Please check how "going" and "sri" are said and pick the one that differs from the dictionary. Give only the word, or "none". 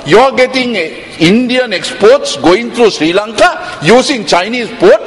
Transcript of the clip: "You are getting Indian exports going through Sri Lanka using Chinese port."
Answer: none